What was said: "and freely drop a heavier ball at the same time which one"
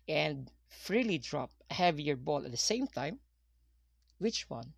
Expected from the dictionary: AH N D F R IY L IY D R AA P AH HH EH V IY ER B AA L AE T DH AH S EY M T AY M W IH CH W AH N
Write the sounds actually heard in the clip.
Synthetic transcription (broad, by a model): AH N D F R IY L IY D R AA P HH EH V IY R B AA L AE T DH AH S EY M T AY M W IH CH W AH N